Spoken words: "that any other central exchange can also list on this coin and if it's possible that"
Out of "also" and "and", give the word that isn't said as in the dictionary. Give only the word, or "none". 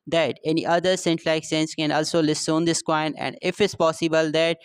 none